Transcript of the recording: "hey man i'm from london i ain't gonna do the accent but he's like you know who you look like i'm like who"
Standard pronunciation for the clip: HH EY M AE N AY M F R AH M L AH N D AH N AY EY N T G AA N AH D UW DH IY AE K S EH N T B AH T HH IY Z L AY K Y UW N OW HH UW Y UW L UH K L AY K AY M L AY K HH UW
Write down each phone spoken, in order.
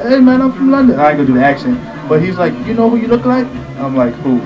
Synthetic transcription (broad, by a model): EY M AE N AY M F R AH M L AH N D AH N AY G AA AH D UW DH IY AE K SH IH N B AH T HH IY Z L AY K Y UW N OW HH UW Y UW L UH K L AY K AY M L AY K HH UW